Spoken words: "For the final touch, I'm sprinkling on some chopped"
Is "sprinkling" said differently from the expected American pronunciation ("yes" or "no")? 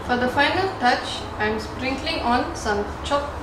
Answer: no